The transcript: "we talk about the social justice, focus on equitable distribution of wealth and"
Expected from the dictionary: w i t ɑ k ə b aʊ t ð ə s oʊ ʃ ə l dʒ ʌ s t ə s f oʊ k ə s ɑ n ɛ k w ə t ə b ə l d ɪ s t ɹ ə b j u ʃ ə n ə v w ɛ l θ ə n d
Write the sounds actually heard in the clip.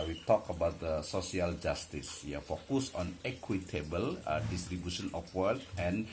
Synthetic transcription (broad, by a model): w i t ɑ k ə b aʊ t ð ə s oʊ s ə l dʒ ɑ s t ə s f oʊ k ə s ɑ n ɛ k w ə t ə b ə l d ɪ s t ɹ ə b j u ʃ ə n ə f w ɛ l t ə n